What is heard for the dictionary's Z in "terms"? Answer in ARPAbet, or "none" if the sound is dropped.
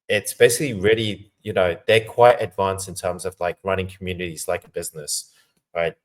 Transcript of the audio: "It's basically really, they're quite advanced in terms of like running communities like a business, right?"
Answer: Z